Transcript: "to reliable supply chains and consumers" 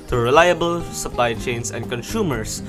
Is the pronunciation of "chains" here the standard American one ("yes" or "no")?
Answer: no